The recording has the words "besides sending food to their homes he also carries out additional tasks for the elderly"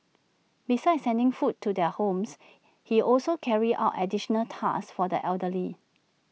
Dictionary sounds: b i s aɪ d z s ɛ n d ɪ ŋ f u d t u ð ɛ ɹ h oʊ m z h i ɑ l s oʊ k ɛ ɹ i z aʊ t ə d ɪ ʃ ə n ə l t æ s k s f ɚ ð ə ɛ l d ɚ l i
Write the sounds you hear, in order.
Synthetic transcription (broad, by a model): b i s aɪ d s ɛ n d ɪ ŋ f u t u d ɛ h oʊ m s h i ɑ l s oʊ k ɛ ɹ i aʊ t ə d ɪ ʃ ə n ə l t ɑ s s f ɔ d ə ɛ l d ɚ l i